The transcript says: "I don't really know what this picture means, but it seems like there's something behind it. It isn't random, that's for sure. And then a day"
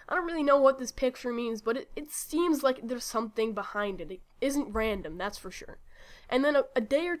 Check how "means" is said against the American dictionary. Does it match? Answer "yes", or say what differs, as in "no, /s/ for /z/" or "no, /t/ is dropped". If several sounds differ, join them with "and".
yes